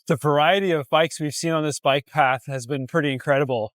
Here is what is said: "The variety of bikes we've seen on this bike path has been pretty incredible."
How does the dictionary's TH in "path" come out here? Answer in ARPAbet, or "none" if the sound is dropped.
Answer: TH